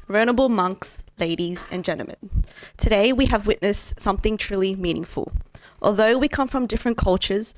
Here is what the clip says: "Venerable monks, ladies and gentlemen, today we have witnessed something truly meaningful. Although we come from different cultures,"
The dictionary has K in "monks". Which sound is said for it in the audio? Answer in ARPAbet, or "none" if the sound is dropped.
K